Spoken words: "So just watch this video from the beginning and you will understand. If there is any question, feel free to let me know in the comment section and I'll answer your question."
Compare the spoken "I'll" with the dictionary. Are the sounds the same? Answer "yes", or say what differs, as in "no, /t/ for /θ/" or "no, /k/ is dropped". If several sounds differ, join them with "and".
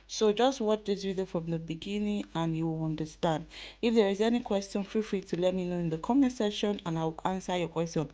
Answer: no, /w/ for /l/